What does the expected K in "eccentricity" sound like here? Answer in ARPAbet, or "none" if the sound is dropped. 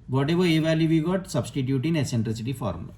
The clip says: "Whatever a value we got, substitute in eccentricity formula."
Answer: none